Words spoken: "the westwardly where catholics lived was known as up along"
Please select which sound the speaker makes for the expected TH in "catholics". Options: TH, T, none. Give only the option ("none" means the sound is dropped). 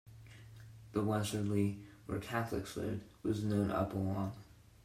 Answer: TH